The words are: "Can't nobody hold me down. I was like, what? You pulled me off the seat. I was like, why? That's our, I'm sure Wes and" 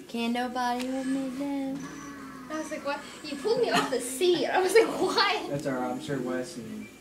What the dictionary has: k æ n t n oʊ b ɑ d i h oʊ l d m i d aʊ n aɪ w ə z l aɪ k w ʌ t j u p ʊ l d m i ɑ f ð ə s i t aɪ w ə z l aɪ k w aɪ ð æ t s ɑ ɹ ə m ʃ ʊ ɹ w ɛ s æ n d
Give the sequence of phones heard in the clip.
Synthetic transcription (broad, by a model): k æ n n oʊ b ɑ d i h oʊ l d m i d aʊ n aɪ w ə z l aɪ k w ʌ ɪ j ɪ p ʊ l d m i ɑ f ð ə s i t aɪ w ə z l aɪ k w aɪ ð æ t s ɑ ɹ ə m s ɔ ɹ w ɛ s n